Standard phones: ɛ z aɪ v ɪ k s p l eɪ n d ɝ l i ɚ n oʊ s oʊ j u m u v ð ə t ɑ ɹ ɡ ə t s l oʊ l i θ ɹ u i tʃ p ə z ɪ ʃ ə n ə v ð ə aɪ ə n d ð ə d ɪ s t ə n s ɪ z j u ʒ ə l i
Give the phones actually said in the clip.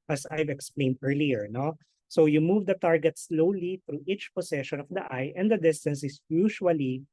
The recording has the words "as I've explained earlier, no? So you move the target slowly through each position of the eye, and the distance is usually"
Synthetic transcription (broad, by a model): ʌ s aɪ v ɪ k s p l eɪ n d ɝ l i ɚ n oʊ s oʊ j u m u v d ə t ɑ ɹ ɡ ə t s l oʊ l i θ ɹ u i tʃ p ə s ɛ ʃ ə n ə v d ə aɪ ə n d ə d ɪ s t ə n s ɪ s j u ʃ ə l i